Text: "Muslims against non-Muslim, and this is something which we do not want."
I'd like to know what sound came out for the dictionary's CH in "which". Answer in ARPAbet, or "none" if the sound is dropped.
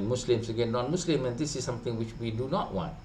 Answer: CH